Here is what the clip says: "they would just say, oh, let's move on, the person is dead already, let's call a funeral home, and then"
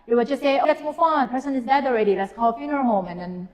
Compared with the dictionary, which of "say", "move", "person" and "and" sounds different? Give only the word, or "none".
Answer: move